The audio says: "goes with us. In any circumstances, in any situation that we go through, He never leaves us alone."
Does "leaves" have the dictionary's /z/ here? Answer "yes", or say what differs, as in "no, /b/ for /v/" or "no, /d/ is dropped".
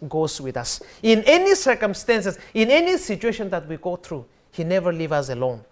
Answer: no, /z/ is dropped